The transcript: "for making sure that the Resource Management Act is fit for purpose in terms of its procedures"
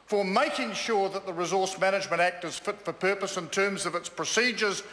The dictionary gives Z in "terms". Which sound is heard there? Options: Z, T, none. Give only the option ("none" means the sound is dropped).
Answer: Z